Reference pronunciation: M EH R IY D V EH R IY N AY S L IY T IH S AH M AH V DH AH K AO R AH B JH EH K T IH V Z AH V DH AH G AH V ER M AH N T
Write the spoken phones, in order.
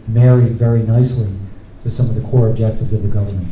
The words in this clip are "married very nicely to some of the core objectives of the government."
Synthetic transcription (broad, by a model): M EH R IY D V EH R IY N AY S L IY T IH S AH M AH V DH AH K AO R AH B JH EH K T IH V Z AH V DH AH G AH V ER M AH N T